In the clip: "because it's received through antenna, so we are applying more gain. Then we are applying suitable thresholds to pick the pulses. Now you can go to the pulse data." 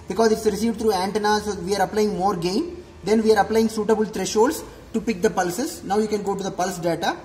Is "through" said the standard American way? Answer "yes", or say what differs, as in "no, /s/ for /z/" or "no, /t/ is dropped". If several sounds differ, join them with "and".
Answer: no, /t/ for /θ/